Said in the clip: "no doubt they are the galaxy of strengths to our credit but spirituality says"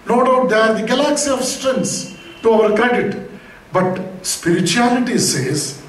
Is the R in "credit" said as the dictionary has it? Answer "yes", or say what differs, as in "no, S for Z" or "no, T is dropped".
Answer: no, R is dropped